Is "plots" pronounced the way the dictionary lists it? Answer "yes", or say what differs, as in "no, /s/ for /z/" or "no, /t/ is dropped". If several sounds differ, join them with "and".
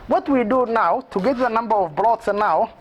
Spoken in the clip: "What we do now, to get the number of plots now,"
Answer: no, /b/ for /p/